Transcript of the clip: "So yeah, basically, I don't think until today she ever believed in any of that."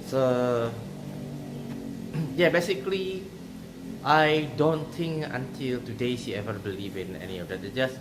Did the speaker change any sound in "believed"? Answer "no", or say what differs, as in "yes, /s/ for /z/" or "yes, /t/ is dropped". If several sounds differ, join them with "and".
yes, /d/ is dropped